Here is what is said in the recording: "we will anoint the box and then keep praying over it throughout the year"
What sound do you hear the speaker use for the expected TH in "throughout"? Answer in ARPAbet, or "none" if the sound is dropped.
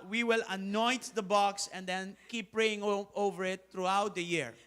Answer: T